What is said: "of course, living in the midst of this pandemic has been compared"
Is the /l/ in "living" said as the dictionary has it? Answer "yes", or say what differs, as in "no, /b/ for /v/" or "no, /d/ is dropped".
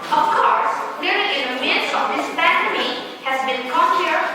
no, /n/ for /l/